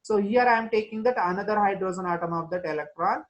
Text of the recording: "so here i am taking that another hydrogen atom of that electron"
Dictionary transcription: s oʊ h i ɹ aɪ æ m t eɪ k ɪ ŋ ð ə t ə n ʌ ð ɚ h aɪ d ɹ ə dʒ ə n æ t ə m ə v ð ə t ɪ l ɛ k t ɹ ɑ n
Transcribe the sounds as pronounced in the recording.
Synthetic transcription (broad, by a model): s oʊ h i ɹ aɪ m t eɪ k ɪ ŋ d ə t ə n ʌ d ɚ h aɪ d ɹ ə z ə n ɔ t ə m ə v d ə t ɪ l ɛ k t ɹ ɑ n